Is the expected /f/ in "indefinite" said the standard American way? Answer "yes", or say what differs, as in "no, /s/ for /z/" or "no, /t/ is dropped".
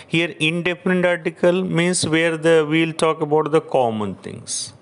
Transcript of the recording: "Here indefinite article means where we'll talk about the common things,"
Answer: no, /p/ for /f/